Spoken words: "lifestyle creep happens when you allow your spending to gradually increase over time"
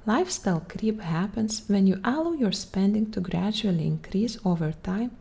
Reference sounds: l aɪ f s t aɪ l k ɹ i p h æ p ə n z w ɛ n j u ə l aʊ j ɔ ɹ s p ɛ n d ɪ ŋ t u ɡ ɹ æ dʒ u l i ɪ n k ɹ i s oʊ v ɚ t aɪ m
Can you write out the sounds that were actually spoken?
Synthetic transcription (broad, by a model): l aɪ f s t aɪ l k ɹ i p h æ p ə n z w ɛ n j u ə l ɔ j ɔ ɹ s p ɛ n d ɪ ŋ t u ɡ ɹ æ dʒ u l i ɪ n k ɹ i s oʊ v ɚ t aɪ m